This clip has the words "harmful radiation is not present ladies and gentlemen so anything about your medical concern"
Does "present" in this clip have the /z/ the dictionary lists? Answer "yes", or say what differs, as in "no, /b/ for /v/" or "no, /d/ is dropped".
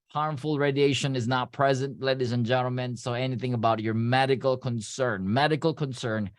yes